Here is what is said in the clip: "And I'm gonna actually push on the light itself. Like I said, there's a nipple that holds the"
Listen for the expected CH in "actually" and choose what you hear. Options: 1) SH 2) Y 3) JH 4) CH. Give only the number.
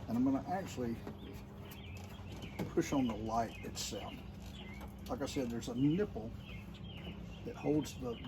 4